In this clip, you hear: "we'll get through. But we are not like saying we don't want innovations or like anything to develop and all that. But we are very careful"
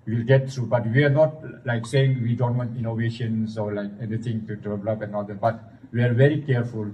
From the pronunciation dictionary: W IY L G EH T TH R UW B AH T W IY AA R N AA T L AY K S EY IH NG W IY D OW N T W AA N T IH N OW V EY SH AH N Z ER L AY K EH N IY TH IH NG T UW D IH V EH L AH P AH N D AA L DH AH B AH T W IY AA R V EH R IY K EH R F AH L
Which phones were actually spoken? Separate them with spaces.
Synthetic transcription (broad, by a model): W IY L G EH T T R UW B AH T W IY AA R N AA T L AY K S EY IH NG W IY D OW N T W AA N T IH N OW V EY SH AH N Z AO L AY K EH N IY T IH NG T UW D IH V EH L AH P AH N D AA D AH B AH T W IY AA R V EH R IY K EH R F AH L